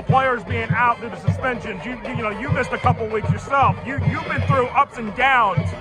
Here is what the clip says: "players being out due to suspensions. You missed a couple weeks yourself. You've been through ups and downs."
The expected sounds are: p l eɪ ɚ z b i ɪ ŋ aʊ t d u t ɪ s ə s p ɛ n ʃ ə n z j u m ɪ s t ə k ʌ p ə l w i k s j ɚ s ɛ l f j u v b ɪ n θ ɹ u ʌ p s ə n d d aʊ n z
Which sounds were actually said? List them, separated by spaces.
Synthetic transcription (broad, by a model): p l eɪ ɚ z b i ɪ ŋ aʊ t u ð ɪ s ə s p ɛ n ʃ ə n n j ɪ m ɪ s t ə k ʌ p l w i k s j ɚ s ɛ l f j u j b ɪ n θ ɹ u ʌ p s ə n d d aʊ n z